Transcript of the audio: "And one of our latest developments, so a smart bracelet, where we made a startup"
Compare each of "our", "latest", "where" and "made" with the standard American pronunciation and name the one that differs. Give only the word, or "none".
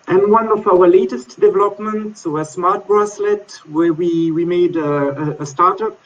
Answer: where